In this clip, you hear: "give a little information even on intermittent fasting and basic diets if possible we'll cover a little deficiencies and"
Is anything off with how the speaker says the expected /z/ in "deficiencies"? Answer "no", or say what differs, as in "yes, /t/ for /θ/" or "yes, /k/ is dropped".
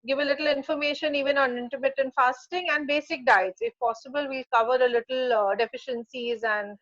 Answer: no